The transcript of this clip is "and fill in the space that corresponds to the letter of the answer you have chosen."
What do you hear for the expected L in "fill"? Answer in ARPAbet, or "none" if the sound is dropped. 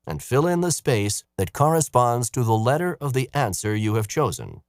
L